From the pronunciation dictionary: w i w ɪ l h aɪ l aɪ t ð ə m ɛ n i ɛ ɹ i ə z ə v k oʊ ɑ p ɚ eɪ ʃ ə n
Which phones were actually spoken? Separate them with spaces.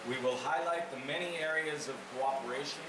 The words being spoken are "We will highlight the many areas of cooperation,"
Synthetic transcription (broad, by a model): w i w ɪ l h aɪ l aɪ t ð ə m ɛ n i ɛ ɹ i ə z ə v k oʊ ɑ p ɚ eɪ ʃ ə n